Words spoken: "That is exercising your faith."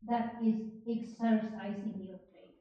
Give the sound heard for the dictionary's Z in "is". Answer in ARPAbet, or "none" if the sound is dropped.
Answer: Z